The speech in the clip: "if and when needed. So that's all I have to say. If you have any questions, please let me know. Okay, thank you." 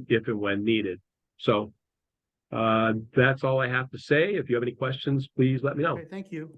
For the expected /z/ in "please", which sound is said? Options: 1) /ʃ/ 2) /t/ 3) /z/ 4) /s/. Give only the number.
3